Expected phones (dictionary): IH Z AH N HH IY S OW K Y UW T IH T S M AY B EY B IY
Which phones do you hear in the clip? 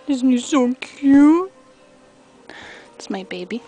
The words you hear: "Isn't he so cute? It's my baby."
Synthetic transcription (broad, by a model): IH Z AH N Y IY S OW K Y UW IH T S M AY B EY B IY